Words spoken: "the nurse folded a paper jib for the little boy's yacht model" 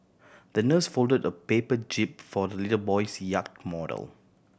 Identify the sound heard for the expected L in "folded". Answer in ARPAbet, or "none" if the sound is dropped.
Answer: L